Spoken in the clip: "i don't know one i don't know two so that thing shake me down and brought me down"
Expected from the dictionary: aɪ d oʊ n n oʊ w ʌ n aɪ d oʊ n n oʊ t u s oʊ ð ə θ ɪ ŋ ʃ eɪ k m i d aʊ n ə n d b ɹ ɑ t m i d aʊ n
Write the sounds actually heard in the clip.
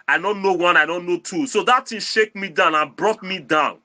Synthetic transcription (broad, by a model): aɪ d oʊ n n oʊ w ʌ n aɪ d oʊ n n oʊ t u s oʊ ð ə t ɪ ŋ ʃ eɪ k m i d aʊ n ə n b ɹ ɑ t m i d aʊ n